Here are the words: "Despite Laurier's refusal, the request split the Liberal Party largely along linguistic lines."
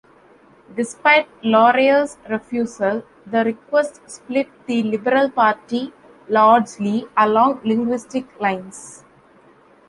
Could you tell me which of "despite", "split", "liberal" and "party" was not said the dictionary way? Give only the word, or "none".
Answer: none